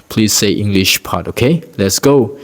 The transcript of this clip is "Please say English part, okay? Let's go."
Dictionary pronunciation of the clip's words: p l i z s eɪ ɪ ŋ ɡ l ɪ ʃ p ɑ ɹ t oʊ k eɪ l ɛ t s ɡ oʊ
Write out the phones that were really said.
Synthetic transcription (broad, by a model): p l i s eɪ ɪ ŋ ɡ l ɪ ʃ p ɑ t oʊ k eɪ l ɛ t s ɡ oʊ